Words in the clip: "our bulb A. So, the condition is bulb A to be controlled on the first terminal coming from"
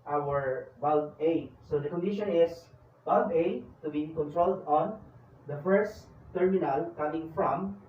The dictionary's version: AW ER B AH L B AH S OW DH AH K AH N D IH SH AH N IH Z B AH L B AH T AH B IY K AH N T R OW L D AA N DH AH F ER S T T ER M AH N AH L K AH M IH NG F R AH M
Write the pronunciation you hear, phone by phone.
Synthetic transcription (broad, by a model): AW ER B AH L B AH S OW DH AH K AH N D IH SH AH N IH S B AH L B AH T AH B IY K AH N T R OW L D AA N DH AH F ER S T T ER M AH N AH L K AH M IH NG F R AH M